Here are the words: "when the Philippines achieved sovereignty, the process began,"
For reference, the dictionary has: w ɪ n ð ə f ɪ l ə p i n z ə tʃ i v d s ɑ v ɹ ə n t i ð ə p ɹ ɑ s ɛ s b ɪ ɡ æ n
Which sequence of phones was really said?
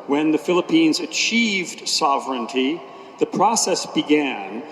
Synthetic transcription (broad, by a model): w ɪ n ð ə f ɪ l ə p i n z ə tʃ i v d s ɑ v ɹ ə n t i ð ə p ɹ ɑ s ɛ s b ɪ ɡ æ n